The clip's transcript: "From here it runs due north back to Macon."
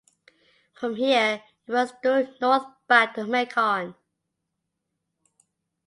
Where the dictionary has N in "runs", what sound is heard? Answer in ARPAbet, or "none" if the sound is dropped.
none